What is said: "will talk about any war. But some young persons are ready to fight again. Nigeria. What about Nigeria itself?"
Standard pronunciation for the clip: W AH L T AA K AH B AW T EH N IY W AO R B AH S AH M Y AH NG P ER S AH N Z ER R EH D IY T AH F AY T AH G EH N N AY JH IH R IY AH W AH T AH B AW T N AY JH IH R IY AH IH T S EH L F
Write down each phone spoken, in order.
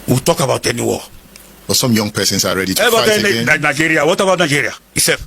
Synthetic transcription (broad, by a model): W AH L T AA K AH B AW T EH N IY W AO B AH S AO M Y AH NG P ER S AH N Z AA R EH D IY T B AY AH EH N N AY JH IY R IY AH W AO T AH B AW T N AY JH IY R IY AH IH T S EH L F